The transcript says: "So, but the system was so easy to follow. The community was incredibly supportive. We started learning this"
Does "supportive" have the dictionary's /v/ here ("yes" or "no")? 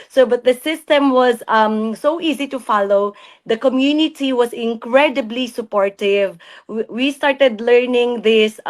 yes